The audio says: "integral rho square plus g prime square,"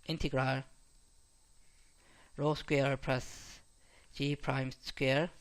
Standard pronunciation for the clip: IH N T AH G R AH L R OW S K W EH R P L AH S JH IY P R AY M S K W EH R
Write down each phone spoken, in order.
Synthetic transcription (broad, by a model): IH N T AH G R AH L R OW S K W EH R P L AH S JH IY P R AY M S K W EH R